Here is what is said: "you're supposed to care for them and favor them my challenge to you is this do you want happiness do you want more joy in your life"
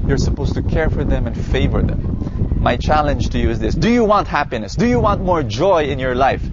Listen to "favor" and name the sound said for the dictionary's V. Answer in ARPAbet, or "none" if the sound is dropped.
V